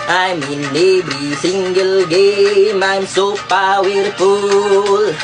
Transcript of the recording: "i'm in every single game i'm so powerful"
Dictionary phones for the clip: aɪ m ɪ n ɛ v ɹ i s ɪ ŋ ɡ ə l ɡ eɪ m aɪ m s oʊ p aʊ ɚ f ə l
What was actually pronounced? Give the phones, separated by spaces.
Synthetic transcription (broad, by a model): aɪ m ɪ n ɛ b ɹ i s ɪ ŋ ɡ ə l ɡ eɪ m aɪ m s oʊ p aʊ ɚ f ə l